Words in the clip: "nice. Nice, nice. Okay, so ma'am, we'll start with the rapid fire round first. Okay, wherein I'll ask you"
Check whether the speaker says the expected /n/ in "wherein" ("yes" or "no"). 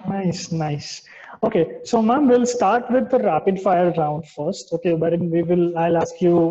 no